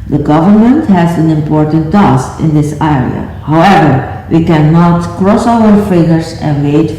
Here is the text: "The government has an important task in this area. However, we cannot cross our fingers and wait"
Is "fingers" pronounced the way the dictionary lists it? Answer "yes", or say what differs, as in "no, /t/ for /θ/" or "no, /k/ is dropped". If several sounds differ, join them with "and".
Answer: no, /ŋ/ is dropped